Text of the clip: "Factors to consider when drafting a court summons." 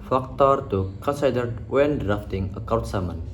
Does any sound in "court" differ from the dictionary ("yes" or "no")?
yes